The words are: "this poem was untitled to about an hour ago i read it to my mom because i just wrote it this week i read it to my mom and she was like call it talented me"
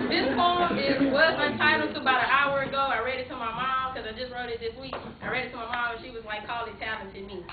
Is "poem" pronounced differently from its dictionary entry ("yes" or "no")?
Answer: yes